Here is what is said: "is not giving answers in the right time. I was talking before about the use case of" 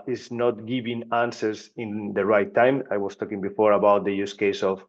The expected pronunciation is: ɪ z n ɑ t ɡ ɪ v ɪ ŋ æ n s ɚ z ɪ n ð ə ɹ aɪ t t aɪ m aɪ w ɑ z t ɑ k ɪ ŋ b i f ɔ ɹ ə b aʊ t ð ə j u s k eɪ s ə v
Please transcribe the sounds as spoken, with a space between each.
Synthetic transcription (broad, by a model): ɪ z n ɑ t ɡ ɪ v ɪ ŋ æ n s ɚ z ɪ n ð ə ɹ aɪ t t aɪ m aɪ w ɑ s t ɑ k ɪ ŋ b i f ɔ ɹ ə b aʊ t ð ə j u s k eɪ s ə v